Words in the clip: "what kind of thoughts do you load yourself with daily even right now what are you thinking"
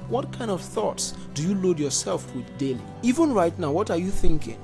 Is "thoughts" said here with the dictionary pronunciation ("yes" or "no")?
yes